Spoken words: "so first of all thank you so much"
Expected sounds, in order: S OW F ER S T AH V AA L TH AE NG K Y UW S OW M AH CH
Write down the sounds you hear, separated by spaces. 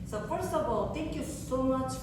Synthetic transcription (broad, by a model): S OW F ER S T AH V AA L T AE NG K Y UW S OW M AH CH